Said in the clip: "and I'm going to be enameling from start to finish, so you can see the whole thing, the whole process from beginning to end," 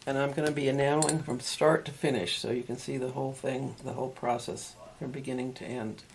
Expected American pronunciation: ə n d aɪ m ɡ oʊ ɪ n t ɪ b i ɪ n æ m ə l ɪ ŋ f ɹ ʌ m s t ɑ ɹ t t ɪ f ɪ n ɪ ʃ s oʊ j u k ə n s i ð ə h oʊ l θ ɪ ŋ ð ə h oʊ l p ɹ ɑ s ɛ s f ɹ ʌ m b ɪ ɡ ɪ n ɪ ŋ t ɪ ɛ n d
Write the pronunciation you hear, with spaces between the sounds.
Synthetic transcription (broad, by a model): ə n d aɪ m ɡ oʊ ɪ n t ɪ b i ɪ n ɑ ə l ɪ ŋ f ɹ ʌ m s t ɑ ɹ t t ɪ f ɪ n ɪ ʃ s oʊ j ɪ k ə n s i ð ə h oʊ l θ ɪ ŋ ð ə h oʊ l p ɹ ɑ s ɛ s f ɹ ʌ m b ɪ ɡ ɪ n ɪ ŋ t ɪ ɛ n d